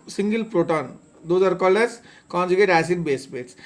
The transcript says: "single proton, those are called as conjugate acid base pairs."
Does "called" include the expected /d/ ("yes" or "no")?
no